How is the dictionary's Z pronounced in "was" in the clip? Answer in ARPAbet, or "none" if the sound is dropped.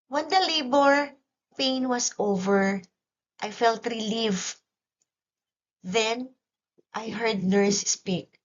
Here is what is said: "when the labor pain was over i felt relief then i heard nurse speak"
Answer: S